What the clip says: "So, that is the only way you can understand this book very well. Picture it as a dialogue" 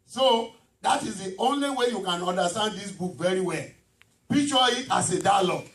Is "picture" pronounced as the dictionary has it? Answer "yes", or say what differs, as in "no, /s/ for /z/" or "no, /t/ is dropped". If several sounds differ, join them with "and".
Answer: no, /k/ is dropped